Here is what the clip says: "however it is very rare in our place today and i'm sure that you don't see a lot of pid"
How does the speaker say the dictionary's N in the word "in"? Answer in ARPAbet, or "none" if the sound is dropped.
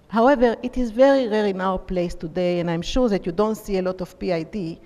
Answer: N